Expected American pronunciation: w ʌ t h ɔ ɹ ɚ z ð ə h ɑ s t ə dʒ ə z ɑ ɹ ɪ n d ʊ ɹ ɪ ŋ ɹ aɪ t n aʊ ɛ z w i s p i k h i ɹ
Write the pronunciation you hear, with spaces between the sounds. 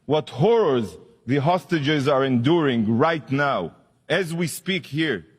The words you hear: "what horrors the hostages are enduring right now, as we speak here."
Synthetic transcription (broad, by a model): w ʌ t h ɔ ɹ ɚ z ð ə h ɑ s t ə dʒ ə z ɑ ɹ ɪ n d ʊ ɹ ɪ ŋ ɹ aɪ t n aʊ ɛ z w i s p i k h i ɹ